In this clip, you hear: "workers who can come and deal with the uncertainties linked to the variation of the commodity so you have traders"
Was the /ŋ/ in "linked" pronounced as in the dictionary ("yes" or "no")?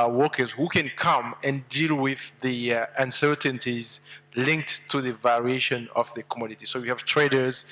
yes